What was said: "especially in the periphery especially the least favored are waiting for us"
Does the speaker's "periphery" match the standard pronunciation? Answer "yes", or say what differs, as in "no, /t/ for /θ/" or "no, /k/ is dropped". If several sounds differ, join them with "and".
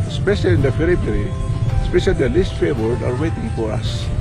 no, /f/ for /p/